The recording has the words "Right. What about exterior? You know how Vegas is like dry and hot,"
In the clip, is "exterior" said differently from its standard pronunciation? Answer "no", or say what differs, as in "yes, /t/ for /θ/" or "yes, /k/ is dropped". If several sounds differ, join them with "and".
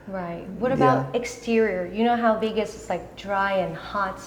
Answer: no